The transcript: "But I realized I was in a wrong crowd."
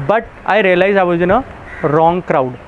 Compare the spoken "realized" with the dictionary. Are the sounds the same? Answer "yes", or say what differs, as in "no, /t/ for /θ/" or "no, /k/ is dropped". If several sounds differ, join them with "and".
no, /d/ is dropped